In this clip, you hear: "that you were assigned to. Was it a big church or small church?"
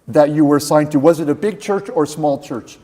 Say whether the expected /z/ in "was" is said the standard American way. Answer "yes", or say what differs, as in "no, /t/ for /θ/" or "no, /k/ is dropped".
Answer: yes